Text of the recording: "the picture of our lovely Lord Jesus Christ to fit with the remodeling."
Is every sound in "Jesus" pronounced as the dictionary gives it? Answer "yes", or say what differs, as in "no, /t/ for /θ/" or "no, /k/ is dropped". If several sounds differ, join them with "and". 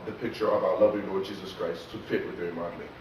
yes